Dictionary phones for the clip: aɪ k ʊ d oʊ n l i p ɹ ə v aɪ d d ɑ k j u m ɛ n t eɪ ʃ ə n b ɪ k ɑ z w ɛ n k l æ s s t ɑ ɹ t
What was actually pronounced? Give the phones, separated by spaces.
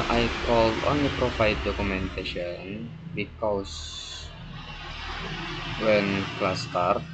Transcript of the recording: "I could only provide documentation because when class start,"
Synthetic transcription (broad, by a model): aɪ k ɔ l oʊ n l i p ɹ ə f aɪ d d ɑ k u m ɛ n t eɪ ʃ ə n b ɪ k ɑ s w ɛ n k l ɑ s s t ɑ ɹ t